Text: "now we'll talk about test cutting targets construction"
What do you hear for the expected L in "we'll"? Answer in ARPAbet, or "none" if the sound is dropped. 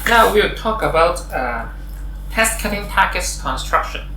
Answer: W